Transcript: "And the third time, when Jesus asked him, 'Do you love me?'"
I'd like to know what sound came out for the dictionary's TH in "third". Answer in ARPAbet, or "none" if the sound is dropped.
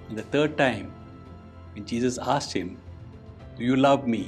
T